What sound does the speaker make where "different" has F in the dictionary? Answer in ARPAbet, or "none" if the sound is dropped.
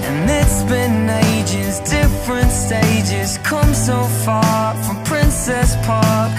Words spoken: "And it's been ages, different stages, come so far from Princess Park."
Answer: F